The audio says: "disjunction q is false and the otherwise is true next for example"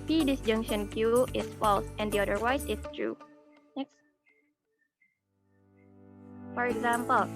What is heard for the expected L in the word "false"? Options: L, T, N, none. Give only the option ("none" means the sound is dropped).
L